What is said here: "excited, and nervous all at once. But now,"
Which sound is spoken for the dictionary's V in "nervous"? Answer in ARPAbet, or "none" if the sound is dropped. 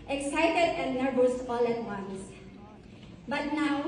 B